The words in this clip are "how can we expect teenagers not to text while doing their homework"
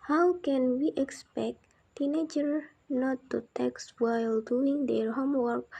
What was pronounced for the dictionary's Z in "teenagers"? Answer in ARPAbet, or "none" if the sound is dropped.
none